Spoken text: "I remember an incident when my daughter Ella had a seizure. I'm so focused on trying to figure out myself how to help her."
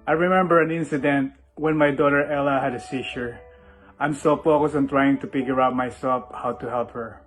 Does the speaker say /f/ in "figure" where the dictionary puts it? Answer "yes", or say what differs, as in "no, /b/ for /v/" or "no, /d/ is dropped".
no, /p/ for /f/